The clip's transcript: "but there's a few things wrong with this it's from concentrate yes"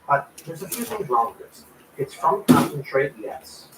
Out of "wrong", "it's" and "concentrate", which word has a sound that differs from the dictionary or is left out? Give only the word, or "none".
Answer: wrong